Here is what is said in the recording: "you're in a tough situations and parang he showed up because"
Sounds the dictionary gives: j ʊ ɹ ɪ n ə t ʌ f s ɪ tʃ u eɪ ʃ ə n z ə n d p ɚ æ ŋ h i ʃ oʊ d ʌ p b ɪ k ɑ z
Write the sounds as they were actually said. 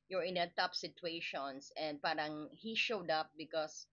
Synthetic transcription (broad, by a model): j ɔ ɹ ɪ n ə t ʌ p s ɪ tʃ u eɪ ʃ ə n s ə n d p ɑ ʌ ŋ h i ʃ oʊ d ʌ p b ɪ k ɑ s